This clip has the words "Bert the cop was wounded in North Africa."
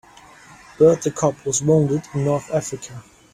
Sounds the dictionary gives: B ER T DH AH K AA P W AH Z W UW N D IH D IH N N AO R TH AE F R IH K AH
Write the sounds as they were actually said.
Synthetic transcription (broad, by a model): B ER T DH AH K AA P W AH Z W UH N D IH D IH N N AO R TH AE F R IH K AH